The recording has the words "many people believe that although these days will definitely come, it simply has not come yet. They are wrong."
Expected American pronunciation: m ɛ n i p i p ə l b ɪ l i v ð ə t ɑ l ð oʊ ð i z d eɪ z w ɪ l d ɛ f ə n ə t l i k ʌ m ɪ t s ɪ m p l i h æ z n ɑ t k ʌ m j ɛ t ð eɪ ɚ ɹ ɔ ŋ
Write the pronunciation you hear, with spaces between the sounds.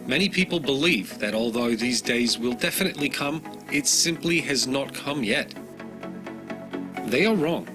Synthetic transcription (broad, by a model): m ɛ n i p i p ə l b ɪ l i v ð ə t ɑ l ð oʊ ð i z d eɪ z w ɪ l d ɛ f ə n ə t l i k ʌ m ɪ t s ɪ m p l i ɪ z n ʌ t k ʌ m j ɛ t ð eɪ ɚ ɹ ɔ ŋ